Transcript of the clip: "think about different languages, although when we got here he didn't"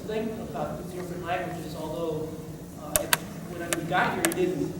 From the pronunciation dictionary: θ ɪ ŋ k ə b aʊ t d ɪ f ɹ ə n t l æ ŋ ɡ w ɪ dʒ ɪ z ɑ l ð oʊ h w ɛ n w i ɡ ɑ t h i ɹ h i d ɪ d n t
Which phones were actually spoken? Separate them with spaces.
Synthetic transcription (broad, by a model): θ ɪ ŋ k ə b aʊ t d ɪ f ɹ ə n t l æ ŋ ɡ w ɪ dʒ ɪ z ɑ l ð oʊ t w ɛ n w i ɡ ɑ t h i ɹ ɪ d ɪ d n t